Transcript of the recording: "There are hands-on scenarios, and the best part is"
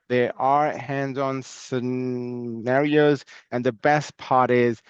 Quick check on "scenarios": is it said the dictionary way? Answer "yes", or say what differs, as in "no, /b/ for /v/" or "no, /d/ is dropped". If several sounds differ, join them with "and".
yes